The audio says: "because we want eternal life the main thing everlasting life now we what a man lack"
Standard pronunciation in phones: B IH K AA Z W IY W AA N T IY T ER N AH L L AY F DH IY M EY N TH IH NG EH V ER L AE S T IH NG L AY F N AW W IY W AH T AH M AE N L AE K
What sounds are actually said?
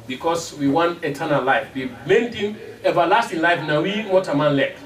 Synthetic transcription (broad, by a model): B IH K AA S W IY W AA N T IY T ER N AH L L AY F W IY M EY N T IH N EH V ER L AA S T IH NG L AY F N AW W IY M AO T AH M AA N L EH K